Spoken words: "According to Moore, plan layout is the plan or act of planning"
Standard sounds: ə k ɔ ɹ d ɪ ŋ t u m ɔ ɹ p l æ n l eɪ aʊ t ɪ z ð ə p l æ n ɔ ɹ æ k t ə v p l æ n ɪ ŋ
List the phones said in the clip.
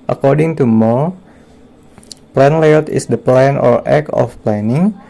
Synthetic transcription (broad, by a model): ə k ɔ ɹ d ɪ ŋ t u m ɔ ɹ p l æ n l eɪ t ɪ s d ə p l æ n ɔ ɹ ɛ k ə f p l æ n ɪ ŋ